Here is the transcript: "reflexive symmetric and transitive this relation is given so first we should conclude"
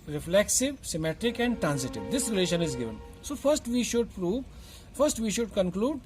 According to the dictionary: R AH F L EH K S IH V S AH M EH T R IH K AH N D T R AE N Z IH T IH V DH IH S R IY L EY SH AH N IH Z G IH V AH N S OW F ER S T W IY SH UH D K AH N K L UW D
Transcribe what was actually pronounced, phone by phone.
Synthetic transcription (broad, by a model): R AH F L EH K S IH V S AH M EH T R IH K AH N D T R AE N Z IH T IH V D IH S R IY L EY SH AH N IH Z G IH V AH N S OW F ER S T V IY SH UH D K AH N K L UW D